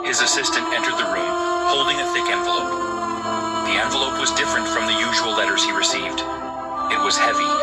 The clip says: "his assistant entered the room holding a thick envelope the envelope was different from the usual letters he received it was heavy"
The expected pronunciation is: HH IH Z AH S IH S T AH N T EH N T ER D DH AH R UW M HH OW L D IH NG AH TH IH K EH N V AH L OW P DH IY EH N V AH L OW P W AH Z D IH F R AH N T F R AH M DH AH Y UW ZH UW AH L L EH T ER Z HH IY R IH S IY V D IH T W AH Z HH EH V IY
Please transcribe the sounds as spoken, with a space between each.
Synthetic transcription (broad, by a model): HH IH Z AH S IH S T AH N T EH N T ER D DH AH R UW M HH OW L D IH NG AH TH IH K EH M V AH L OW P DH IY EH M V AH L OW P W AH Z D IH F R AH N T F R AH M DH AH Y UW ZH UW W L L EH T ER Z HH IY R IH S IY V D IH T W AH Z HH EH V IY